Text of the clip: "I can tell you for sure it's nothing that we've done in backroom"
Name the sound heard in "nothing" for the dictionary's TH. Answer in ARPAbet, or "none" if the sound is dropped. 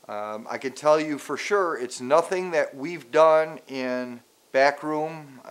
TH